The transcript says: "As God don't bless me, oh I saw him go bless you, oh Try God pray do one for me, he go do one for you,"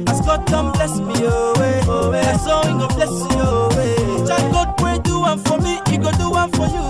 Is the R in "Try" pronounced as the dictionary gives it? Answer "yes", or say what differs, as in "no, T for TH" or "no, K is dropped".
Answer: no, R is dropped